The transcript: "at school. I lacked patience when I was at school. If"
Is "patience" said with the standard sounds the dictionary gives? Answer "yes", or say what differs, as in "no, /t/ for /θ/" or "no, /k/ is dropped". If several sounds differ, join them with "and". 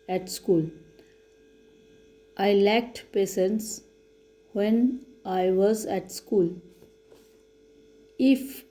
no, /s/ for /ʃ/